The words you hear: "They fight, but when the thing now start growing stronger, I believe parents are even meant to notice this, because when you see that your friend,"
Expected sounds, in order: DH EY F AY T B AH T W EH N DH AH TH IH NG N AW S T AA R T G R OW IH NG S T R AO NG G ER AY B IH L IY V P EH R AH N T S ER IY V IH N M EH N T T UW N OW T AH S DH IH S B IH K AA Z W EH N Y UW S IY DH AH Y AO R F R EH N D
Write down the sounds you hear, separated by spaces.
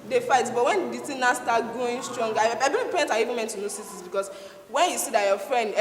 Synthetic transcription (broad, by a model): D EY F AY T B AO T W EH N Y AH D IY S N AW S T AA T G OW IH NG S T R AO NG G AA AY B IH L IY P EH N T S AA IY V IH N M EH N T T UW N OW S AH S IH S B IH K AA S W EH N Y UW S IY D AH Y AO F R EH N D